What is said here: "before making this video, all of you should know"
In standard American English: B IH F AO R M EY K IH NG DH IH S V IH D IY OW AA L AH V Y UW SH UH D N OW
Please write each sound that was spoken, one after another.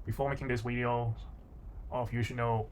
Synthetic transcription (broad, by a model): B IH F AO R M EY K IH NG DH IH S W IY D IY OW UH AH F Y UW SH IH D N OW